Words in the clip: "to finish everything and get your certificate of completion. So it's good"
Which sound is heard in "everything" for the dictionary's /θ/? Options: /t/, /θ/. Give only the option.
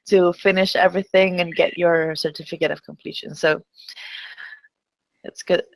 /θ/